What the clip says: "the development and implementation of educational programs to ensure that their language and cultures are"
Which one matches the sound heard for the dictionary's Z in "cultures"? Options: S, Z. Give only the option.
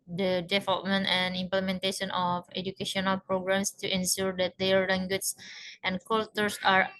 S